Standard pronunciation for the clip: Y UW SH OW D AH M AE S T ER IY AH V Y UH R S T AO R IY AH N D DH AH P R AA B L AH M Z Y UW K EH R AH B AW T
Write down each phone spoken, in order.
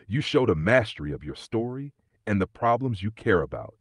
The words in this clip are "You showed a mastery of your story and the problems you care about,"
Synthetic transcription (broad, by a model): Y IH SH OW D AH M AE S T ER IY AH V Y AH R S T AO R IY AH N DH AH P R AA B L AH M Z Y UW K EH R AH B AW T